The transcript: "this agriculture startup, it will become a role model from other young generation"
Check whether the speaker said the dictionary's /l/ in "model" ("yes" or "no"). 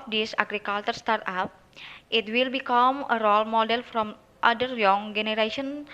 yes